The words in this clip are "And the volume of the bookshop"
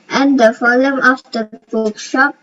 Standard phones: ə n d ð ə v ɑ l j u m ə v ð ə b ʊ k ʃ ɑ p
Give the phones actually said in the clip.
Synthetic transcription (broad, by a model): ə n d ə f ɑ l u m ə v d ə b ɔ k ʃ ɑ p